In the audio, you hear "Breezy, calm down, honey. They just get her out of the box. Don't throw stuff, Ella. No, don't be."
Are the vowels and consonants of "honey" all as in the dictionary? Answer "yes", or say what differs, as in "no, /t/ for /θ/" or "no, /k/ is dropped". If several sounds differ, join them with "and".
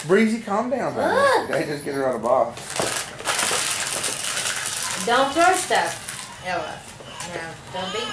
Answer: no, /n/ is dropped